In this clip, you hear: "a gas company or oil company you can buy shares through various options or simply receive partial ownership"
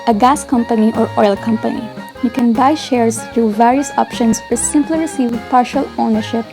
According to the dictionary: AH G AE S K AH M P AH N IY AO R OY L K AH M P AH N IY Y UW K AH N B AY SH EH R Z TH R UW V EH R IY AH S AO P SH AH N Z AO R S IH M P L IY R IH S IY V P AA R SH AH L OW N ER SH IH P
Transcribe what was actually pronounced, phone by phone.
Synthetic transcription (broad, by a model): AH G AE S K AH M P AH N IY AO R OY L K AH M P AH N IY Y UW K AH N B AY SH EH R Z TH R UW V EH R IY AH S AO P SH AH N S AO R S IH M P L IY R IH S IY V P AA R SH AH L OW N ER SH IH P